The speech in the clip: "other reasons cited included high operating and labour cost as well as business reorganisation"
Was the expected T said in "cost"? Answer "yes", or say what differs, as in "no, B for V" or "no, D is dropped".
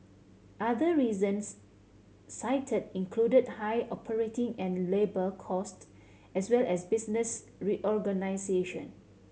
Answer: yes